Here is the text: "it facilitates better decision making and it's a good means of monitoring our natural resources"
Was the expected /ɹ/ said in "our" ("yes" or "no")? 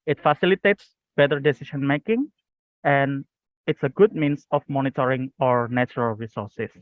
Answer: yes